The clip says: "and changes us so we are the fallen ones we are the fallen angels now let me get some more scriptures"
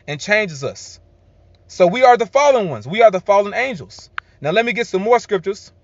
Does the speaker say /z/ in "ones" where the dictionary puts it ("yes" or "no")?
yes